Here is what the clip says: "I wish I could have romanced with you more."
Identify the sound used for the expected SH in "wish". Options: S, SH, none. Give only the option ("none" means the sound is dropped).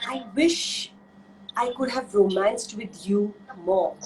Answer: SH